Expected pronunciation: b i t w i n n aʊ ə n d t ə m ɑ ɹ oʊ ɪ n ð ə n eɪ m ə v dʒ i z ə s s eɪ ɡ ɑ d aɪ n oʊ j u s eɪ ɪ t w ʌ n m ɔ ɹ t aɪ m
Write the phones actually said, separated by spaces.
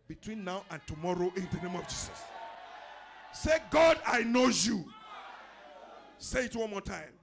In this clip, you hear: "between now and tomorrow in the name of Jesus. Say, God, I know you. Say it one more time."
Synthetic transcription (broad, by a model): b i t w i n n aʊ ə n t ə m ɑ ɹ oʊ ɪ n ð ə n eɪ m ə v dʒ i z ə s s eɪ ɡ ɑ d aɪ n oʊ j u s eɪ ɪ t w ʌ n m ɔ t aɪ m